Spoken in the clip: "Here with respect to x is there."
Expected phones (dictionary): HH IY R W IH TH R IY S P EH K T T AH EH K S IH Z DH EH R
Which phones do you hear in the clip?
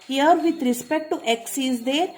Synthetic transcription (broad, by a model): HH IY R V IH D R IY S P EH K T T AH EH K S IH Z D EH R